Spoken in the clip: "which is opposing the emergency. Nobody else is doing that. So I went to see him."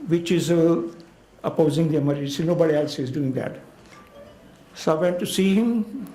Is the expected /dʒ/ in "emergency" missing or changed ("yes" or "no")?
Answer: yes